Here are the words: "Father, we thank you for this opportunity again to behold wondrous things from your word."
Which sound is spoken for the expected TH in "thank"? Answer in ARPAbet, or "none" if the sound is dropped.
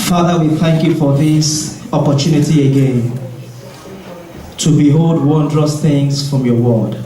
TH